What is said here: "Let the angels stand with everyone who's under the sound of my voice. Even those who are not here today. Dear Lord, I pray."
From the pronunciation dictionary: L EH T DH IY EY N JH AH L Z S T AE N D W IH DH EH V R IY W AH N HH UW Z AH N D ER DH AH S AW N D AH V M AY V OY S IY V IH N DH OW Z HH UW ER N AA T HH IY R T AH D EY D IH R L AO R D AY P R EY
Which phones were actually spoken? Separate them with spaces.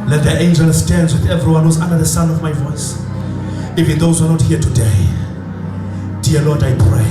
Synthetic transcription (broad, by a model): L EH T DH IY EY N JH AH L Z S T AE N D W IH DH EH V R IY W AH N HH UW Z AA N D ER DH AH S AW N AH V M AY V OY S IY V IH N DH OW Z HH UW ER N AA T HH IY T AH D EY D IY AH L AO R D AY P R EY